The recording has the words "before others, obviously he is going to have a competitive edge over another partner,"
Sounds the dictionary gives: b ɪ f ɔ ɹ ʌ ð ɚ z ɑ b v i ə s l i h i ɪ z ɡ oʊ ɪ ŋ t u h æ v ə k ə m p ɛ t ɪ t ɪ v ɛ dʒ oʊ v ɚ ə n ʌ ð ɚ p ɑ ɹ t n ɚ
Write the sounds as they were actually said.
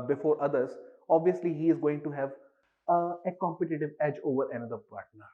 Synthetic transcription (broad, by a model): b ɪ f ɔ ɹ ʌ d ɚ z ɑ b v i ə s l i h i ɪ z ɡ oʊ ɪ ŋ t u h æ v ə k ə m p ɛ t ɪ t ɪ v ɛ dʒ oʊ v ɚ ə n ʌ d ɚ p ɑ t n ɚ